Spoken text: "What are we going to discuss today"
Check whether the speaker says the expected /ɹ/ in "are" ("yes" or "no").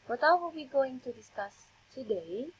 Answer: no